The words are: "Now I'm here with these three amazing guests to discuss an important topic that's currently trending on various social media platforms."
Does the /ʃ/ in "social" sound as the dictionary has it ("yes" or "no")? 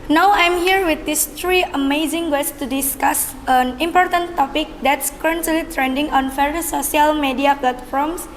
no